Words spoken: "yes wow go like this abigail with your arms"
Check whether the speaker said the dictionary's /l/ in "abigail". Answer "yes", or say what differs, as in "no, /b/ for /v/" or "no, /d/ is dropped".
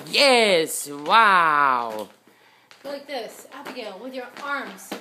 no, /n/ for /l/